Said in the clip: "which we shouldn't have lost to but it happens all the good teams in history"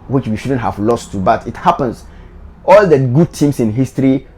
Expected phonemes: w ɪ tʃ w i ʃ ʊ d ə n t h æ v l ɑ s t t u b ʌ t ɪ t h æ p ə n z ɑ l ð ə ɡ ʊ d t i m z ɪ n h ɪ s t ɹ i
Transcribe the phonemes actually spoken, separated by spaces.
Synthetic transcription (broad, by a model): w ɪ tʃ w i ʃ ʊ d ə n t h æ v l ɑ s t t u b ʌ t ɪ t h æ p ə n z ɑ l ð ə ɡ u d t i m s ɪ n h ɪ s t ɹ i